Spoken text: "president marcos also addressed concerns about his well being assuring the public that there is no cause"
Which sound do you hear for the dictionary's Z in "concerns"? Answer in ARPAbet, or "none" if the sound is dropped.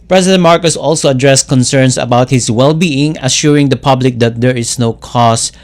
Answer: S